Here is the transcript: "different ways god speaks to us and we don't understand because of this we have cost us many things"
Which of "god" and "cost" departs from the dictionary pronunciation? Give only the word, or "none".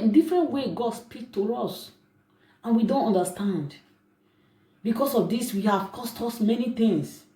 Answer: none